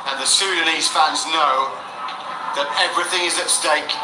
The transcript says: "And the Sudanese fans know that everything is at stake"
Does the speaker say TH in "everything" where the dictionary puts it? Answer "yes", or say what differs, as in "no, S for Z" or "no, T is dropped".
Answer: yes